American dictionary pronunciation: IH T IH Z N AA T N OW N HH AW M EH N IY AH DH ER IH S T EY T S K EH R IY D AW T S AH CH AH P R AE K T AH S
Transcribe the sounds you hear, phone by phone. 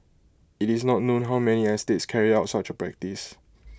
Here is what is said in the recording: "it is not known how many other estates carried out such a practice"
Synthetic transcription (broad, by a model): IH T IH S N AA T N OW N HH AW M EH N IY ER IH S T EY T S K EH R IY AW T S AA CH AH P R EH K T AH S